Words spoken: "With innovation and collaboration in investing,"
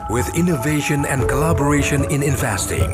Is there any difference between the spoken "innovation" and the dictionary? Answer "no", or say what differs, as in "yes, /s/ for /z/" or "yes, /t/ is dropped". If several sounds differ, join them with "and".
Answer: no